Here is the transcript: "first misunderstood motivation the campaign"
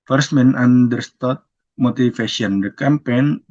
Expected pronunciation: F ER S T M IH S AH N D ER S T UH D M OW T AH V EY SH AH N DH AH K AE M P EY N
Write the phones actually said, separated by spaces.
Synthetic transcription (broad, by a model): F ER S M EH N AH N D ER S T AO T M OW T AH F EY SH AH N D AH K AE M P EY N